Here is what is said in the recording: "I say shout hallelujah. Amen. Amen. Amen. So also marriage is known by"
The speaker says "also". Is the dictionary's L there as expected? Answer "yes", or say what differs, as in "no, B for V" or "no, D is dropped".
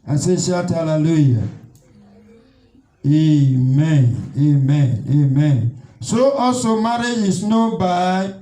no, L is dropped